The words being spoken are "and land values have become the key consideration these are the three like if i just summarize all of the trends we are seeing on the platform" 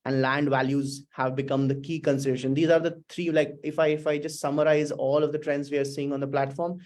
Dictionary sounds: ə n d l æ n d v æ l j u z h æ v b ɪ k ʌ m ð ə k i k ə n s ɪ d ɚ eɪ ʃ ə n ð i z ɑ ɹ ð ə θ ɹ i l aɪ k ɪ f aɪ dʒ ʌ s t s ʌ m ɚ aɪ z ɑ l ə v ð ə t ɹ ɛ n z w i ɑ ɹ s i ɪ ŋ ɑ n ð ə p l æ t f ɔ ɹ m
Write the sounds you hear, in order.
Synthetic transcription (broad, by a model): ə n d l æ n d v æ l j u z h æ v b ɪ k ʌ m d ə k i k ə n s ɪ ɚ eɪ ʃ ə n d i z ɑ ɹ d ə t ɹ i l aɪ k ɪ f aɪ dʒ ʌ s t s ʌ m ɚ aɪ z ɑ l ə v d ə t ɹ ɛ n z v i ɑ ɹ s i ɪ ŋ ɑ n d ə p l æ t f ɔ ɹ m